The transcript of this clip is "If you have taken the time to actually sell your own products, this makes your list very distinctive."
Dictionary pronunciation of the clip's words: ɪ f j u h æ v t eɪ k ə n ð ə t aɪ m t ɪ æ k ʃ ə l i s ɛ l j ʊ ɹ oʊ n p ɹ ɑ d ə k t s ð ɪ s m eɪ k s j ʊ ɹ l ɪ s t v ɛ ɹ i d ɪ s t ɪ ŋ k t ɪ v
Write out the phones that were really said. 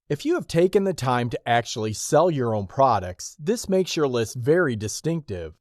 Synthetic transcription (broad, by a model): ɪ f j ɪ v t eɪ k ə n ð ə t aɪ m t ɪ æ k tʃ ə l i s ɛ l j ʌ ɹ oʊ n p ɹ ɑ d ə k t s ð ɪ s m eɪ k s j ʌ ɹ l ɪ s t v ɛ ɹ i d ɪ s t ɪ ŋ k t ɪ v